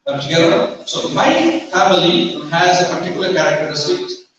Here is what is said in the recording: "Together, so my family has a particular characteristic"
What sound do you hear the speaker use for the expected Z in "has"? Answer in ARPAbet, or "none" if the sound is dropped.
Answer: Z